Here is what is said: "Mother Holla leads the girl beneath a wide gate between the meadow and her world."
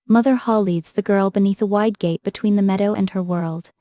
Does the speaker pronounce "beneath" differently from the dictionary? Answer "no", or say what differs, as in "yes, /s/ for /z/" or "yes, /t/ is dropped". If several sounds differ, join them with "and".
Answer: no